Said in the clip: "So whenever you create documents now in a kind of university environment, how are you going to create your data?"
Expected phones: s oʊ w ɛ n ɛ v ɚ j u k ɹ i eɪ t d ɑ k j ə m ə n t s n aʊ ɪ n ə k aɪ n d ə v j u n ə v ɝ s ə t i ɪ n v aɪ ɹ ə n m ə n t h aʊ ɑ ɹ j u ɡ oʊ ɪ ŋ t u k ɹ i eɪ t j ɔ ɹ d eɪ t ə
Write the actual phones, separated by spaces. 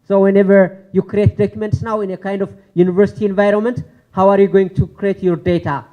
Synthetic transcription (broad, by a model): s oʊ w ɛ n ɛ v ɚ j u k ɹ i eɪ t d ɑ k j ə m ə n t s n aʊ ɪ n ə k aɪ n d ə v j u n ə v ɝ s ə t i ɪ n v aɪ ɹ ə n m ə n t h aʊ ɑ ɹ j u ɡ oʊ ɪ ŋ t u k ɹ i eɪ t j ɔ ɹ d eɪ t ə